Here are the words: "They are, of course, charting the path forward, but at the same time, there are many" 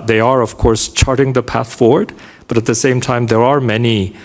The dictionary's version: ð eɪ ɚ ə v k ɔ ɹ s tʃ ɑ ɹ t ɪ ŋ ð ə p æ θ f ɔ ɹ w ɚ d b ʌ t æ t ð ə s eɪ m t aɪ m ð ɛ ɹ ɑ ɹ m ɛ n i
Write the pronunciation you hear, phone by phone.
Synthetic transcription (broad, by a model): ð eɪ ɚ ə v k ɔ ɹ s tʃ ɑ ɹ t ɪ ŋ ð ə p æ θ f ɔ ɹ w ɚ d b ʌ t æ t ð ə s eɪ m t aɪ m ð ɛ ɹ ɑ ɹ m ɛ n i